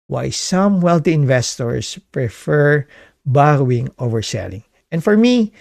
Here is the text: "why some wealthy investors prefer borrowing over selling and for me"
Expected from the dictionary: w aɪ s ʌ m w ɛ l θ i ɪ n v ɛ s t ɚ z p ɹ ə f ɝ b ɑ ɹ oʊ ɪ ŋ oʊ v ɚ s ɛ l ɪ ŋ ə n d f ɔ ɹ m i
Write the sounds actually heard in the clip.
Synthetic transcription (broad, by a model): w aɪ s ʌ m w ɛ l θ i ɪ n v ɛ s t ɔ s p ɹ ə f ɝ b ɑ ɹ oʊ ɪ ŋ oʊ v ɚ s ɛ l ɪ ŋ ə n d f ɔ ɹ m i